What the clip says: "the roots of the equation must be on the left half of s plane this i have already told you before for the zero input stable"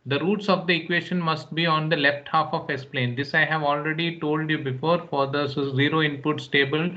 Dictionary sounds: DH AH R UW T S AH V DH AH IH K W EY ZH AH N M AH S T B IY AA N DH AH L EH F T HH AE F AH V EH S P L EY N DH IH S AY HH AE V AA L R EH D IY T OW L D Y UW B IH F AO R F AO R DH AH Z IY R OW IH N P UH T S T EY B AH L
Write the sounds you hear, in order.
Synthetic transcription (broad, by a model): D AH R UW T S AH V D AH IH K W EY SH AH N M AH S T B IY AA N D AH L EH F T HH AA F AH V EH S P L EY N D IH S AY HH AE V AA L R EH D IY T OW L D Y UW B IH F AO R F AO R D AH Z IY R OW IH N P UH T S T EY B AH L